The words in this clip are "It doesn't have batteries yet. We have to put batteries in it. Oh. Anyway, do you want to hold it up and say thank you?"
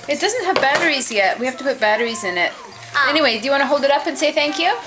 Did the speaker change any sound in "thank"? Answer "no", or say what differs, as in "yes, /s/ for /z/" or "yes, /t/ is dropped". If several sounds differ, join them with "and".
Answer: no